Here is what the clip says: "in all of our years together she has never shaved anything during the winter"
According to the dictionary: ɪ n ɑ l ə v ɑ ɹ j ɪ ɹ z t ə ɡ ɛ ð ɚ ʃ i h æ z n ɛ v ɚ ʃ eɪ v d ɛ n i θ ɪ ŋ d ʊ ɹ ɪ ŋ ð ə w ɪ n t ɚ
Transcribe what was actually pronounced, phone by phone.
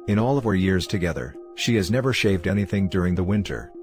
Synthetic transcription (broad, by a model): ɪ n ɑ l ə v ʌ ɹ j ɪ ɹ z t ə ɡ ɛ ð ɚ ʃ i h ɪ z n ɛ v ɚ ʃ eɪ v d ɛ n i θ ɪ ŋ d ʊ ɹ ɪ ŋ ð ə w ɪ n t ɚ